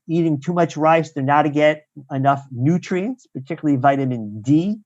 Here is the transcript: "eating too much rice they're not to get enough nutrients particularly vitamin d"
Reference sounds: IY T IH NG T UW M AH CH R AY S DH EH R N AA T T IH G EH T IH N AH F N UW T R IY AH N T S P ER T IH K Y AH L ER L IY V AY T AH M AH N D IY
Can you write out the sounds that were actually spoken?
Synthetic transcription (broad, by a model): IY T IH NG T UW M AH CH R AY S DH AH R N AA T T IH G EH T IH N AH F N UW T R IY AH N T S P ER T IH K Y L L IY V AY T AH M AH N D IY